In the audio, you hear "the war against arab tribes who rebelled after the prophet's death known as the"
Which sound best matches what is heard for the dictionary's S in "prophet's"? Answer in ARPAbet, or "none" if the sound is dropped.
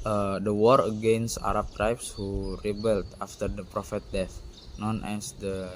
none